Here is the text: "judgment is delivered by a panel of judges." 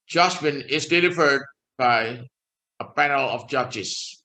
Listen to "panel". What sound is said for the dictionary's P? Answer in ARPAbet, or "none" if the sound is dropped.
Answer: P